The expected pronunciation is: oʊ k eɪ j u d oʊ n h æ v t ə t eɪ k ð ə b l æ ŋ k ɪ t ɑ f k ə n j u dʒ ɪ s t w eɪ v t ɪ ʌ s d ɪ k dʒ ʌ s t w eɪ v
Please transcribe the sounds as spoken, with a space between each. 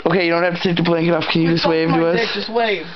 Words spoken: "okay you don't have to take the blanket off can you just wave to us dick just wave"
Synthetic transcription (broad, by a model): oʊ k eɪ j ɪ d oʊ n h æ f t ə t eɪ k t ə b l æ ŋ k ɪ t ɑ f k ə n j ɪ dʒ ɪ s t w eɪ v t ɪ ʌ s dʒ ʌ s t w eɪ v